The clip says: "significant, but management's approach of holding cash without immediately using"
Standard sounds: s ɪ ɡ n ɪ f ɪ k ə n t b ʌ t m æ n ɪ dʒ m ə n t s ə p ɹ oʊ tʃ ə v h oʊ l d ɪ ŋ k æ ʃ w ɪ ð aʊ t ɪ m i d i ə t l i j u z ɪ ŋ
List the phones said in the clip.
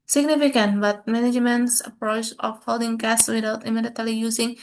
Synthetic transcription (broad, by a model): s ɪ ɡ n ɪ f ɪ k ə n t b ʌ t m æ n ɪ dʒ m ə n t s ə p ɹ oʊ tʃ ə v h oʊ l d ɪ ŋ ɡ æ s w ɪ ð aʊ t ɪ m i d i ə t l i j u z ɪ ŋ